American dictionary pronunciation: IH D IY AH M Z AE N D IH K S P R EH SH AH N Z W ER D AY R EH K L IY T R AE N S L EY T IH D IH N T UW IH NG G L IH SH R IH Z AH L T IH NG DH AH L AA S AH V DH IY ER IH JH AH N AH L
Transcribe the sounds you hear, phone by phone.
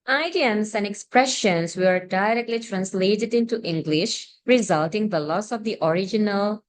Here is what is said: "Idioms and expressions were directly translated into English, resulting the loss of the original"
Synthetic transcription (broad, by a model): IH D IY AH M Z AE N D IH K S P R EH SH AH N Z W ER D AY R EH K L IY T R AE N S L EY T IH D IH N T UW IH NG G L IH SH R IH Z AH L T IH NG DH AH L AA S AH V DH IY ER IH JH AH N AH L